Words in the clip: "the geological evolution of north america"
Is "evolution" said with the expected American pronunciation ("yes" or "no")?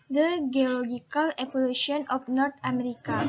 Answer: no